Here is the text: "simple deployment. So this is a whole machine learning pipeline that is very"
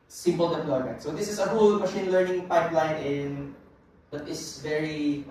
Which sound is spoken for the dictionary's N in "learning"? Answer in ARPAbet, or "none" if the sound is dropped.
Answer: N